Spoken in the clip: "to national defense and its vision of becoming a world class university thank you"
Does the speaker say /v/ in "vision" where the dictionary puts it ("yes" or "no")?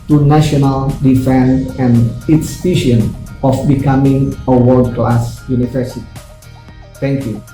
no